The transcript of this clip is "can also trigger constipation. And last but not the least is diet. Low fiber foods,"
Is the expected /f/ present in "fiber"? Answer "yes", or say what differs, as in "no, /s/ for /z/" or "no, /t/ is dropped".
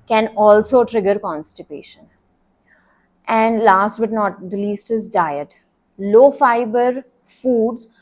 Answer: yes